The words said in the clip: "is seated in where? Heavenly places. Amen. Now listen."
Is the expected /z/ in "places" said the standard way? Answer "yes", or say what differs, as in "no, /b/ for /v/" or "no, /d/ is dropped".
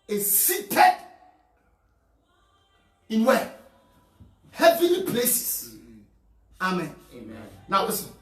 no, /s/ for /z/